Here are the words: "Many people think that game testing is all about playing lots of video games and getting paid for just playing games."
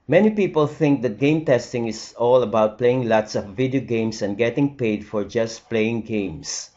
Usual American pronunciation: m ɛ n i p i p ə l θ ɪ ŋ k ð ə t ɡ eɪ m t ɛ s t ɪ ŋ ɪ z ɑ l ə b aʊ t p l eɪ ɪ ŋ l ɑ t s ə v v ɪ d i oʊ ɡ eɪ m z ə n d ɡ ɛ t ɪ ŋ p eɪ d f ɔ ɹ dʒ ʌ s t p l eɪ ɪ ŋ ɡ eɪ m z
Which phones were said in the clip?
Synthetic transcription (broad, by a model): m ɛ n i p i p ə l θ ɪ ŋ k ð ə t ɡ eɪ m t ɛ s t ɪ ŋ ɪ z ɑ l ə b aʊ t p l eɪ ɪ ŋ l ɑ t s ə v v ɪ d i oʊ ɡ eɪ m s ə n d ɡ ɛ t ɪ ŋ p eɪ d f ɔ ɹ dʒ ʌ s t p l eɪ ɪ ŋ ɡ eɪ m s